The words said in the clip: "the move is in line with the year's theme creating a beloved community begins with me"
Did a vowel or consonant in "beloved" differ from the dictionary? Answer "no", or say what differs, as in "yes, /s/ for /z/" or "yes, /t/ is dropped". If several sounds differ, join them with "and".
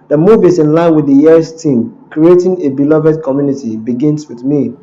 no